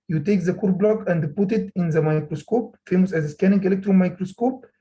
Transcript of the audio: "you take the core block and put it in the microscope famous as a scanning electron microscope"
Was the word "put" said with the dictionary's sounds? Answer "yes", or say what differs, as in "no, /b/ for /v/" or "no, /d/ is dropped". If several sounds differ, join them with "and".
yes